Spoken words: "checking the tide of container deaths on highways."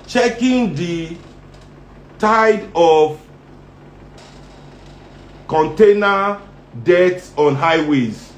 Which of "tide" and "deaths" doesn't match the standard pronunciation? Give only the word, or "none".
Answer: deaths